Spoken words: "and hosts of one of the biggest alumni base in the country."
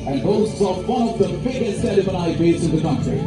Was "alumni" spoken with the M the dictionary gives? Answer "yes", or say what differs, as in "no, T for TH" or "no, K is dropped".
no, M is dropped